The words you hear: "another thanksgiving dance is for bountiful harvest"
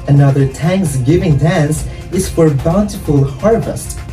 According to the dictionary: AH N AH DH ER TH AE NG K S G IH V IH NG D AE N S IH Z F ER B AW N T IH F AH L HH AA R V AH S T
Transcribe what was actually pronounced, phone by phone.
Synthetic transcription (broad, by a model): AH N AH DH ER T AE NG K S G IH V IH NG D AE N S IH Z F ER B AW N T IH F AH L HH AA R V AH S T